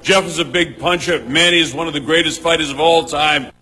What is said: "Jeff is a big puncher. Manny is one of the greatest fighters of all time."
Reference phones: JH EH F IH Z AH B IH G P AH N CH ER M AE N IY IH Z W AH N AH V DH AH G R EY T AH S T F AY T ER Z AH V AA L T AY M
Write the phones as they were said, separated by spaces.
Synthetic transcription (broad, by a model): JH EH F IH Z AH B IH G P AH N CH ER M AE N IY IH Z W AH N AH V DH AH G R EY T AH S T F AY T ER Z AH V AA L T AY M